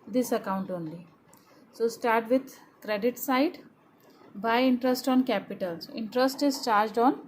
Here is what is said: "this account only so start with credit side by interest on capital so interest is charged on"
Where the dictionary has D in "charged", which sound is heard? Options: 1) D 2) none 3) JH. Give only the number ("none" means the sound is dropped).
1